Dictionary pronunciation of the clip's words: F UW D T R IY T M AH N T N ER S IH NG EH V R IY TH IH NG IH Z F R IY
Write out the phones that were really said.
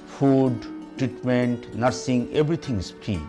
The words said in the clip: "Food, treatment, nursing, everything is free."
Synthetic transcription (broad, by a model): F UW D T R IY T M AH N T N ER S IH NG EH B R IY T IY NG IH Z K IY